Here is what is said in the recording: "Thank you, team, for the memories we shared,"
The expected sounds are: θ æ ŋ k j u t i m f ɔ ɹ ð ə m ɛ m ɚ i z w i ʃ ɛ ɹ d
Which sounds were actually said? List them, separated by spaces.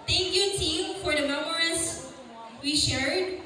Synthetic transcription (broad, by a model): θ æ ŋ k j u t i m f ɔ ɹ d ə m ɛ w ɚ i s w i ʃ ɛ ɹ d